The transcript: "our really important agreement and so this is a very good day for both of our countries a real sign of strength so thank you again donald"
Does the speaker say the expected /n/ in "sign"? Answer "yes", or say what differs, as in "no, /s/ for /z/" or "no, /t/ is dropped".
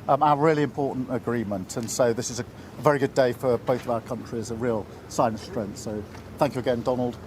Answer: no, /n/ is dropped